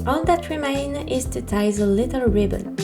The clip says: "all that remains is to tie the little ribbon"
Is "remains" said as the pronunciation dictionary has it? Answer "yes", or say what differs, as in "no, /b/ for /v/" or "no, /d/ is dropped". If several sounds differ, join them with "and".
no, /z/ is dropped